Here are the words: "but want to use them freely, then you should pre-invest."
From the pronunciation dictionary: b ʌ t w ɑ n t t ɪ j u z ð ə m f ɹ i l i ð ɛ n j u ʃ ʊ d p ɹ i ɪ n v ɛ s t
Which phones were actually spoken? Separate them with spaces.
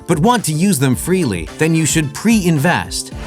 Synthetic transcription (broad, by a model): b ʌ t w ɑ n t t ɪ j u z ð ə m f ɹ i l i ð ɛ n j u ʃ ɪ d p ɹ i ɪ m v ɛ s t